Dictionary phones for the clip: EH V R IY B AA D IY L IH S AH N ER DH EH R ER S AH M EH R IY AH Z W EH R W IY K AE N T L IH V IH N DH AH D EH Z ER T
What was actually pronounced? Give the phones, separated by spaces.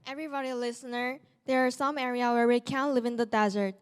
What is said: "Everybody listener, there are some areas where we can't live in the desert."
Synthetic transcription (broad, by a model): EH V R IY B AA D IY L IH S AH N ER DH EH R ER S AH M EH R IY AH W EH R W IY K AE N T L IH V IH N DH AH D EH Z ER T